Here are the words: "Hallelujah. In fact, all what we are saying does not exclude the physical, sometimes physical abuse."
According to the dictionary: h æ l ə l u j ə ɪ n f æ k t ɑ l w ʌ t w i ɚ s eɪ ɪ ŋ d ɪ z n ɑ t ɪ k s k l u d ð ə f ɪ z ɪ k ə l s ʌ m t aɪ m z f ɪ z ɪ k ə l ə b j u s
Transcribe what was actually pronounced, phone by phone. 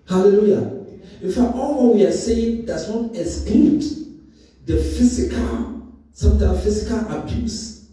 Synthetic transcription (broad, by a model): h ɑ l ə l u j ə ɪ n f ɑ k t ɑ l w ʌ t w i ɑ s eɪ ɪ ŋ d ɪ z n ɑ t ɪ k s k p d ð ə f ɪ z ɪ k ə l s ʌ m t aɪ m f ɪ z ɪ k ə l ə b j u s